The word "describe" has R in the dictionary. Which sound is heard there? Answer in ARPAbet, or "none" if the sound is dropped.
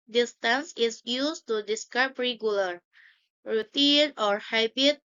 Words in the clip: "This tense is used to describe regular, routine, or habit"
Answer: none